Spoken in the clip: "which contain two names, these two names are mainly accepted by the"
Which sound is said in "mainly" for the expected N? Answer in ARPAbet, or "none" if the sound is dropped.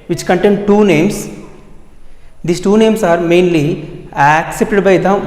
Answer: N